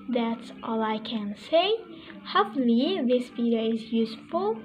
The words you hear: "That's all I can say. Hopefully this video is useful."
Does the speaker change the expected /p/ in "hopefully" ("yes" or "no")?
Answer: yes